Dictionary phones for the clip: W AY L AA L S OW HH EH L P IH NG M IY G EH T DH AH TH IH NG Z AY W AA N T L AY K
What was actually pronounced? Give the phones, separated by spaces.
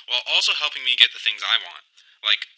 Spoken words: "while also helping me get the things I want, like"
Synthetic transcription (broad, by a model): W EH L AA L S OW HH EH L P IH NG M IY G EH T DH AH TH IH NG Z AY W AA N T L AY K